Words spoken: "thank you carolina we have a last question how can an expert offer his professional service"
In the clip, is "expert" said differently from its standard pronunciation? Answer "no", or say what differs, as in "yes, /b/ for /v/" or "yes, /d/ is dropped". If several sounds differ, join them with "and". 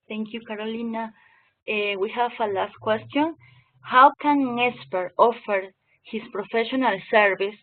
yes, /k/ is dropped